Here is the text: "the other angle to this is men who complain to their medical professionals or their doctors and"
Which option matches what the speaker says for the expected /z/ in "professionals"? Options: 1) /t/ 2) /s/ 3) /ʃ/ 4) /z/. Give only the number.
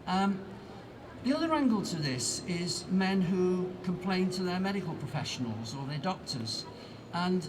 4